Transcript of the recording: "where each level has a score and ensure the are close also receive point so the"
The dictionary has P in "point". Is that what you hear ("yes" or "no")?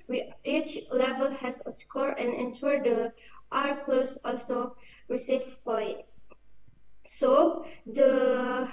no